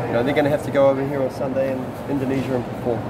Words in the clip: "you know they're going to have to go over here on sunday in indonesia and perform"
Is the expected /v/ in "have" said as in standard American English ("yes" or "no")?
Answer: no